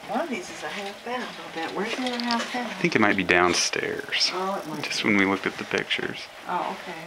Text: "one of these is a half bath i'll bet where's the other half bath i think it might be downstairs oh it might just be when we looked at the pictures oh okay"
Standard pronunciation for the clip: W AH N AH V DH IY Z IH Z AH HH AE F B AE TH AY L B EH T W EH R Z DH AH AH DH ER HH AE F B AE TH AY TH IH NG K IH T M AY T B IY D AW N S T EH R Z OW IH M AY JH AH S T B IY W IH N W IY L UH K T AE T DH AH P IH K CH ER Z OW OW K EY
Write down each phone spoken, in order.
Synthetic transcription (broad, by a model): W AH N AH V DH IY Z IH Z AH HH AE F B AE T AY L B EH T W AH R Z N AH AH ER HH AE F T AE AY TH IH NG K IH T M AY T B IY D AW N S T EH R Z OW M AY JH AH S T W IH N W IY L UH K T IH T DH AH P IH K CH ER Z OW OW K EY